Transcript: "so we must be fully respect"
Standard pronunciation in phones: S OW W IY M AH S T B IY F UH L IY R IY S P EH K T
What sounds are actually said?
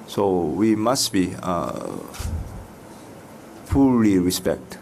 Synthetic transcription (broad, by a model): S OW W IY M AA S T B IY P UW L IY R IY S P EH K T